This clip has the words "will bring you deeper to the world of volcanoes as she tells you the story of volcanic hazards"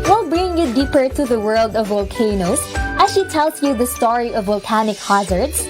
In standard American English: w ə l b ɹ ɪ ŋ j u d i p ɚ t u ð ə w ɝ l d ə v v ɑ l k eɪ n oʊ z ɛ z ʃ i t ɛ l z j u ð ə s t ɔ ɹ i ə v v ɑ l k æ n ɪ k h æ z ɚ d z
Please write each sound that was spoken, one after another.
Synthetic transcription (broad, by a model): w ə l b ɹ ɪ ŋ j u d i p ɚ t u ð ə w ɝ l d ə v v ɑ l k eɪ n oʊ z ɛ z ʃ i t ɛ l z j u ð ə s t ɔ ɹ i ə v v ɑ l k æ n ɪ k h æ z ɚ d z